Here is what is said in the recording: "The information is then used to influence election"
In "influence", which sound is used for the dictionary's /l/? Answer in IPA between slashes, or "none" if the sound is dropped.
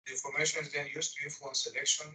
none